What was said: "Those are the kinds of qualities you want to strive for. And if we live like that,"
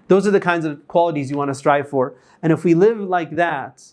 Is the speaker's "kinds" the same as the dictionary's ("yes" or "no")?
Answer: yes